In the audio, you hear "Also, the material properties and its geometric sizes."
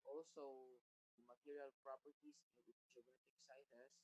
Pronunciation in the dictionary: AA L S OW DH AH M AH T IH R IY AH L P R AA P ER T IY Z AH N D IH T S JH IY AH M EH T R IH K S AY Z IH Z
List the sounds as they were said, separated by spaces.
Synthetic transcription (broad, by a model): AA L S OW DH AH M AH T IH R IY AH L P R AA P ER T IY S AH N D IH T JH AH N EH T IH K S AY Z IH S